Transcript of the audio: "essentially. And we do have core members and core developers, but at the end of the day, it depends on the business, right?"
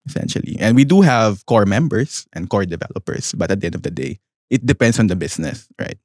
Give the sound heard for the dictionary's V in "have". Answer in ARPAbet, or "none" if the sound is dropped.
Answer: V